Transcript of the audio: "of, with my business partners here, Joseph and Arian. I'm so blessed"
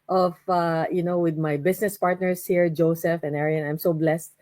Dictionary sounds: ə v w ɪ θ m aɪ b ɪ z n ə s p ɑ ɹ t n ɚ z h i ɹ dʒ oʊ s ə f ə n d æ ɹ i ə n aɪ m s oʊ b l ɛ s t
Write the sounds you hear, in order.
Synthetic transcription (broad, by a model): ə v w ɪ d m aɪ b ɪ s n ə s p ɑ ɹ t n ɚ s h i ɹ dʒ oʊ s ə f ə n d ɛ ɹ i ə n aɪ m s oʊ b l ɛ s t